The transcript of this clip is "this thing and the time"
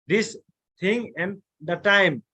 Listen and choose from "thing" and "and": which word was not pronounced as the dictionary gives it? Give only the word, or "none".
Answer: thing